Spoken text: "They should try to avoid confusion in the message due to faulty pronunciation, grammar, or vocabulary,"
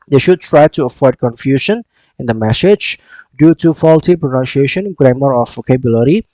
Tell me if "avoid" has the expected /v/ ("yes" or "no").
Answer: no